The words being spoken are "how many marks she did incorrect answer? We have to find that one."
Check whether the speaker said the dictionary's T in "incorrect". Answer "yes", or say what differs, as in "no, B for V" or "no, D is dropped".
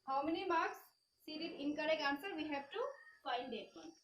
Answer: no, T is dropped